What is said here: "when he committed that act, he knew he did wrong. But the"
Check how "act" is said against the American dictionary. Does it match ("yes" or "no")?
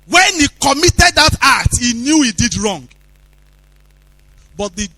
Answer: no